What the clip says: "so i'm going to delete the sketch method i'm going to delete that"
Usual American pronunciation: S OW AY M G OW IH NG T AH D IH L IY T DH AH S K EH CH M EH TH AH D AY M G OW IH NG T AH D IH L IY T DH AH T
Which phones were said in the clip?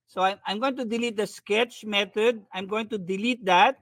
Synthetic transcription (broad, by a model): S OW AY M G OW IH NG T AH D IH L IY T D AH S K EH CH M EH T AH D AY M G OW IH NG T AH D IH L IY T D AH T